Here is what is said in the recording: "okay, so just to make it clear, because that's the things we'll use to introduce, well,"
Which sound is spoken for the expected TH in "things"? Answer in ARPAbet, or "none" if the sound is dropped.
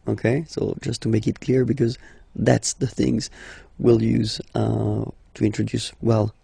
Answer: TH